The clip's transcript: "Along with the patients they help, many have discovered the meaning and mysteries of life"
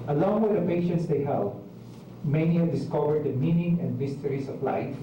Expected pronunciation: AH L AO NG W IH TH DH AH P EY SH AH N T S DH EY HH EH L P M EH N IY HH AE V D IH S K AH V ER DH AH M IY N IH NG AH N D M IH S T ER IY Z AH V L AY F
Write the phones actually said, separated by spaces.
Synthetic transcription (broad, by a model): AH L AO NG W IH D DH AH P EY SH AH N T S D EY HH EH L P M EH N IY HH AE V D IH S K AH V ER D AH M IY N IH NG AH N D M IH S T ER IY S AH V L AY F